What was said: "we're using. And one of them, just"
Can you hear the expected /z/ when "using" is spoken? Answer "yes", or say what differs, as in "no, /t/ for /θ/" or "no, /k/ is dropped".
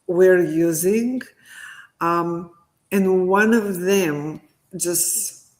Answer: yes